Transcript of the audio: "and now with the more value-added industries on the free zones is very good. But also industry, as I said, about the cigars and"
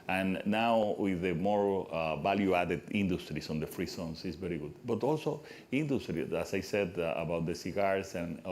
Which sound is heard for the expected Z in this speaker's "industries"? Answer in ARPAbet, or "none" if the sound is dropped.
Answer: S